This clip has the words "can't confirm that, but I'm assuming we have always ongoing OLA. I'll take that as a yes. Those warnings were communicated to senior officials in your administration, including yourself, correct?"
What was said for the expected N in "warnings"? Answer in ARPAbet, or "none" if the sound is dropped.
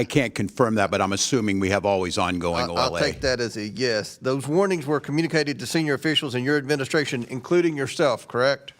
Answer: N